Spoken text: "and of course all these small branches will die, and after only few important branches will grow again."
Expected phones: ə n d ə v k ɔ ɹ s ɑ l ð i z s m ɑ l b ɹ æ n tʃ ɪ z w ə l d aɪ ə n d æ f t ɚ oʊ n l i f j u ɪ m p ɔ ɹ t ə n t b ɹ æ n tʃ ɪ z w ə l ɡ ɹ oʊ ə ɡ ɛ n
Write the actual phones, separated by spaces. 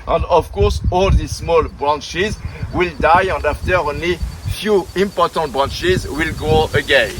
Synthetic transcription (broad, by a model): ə n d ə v k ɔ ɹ s ɑ l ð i s m ɑ l b ɹ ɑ n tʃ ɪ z w ə l d aɪ ə n d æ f t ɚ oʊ n l i f j u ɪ m p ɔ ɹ t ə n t b ɹ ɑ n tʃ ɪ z w ə l ɡ oʊ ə ɡ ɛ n